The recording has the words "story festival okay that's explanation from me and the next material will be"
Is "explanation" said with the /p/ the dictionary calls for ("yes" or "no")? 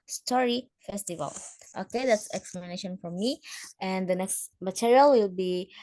no